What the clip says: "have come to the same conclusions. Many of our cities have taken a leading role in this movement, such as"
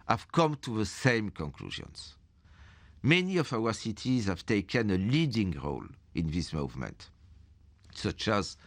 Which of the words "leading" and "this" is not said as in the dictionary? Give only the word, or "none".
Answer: none